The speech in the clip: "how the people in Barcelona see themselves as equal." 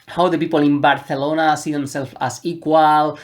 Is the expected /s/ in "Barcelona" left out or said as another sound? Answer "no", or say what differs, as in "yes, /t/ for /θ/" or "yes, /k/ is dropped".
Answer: yes, /θ/ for /s/